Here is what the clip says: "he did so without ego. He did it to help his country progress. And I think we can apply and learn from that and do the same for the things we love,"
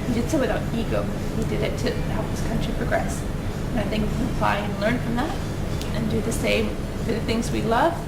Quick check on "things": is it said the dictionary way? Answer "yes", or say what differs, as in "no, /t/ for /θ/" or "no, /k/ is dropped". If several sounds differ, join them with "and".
yes